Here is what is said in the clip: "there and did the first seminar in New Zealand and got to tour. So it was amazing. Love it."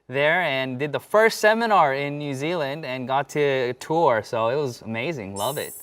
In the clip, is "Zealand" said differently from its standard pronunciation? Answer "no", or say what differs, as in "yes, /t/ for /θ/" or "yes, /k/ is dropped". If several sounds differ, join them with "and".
no